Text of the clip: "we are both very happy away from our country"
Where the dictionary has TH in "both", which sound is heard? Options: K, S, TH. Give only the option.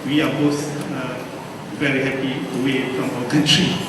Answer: S